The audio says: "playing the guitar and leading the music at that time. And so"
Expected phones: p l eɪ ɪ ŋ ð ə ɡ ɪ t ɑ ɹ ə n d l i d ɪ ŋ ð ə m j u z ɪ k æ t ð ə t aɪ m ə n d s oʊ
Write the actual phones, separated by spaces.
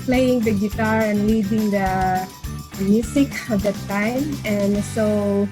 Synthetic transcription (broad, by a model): p l eɪ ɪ ŋ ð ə ɡ ɪ t ɑ ɹ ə n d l i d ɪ ŋ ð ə m j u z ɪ k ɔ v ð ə t aɪ m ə n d s oʊ